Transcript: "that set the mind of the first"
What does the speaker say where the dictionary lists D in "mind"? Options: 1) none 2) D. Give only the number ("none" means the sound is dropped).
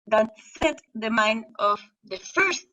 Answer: 1